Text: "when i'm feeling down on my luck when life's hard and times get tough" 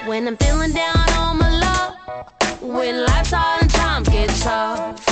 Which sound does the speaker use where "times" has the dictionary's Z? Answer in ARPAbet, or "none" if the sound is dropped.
none